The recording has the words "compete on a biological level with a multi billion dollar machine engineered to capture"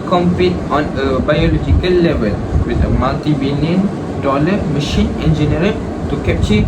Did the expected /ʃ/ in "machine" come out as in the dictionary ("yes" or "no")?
yes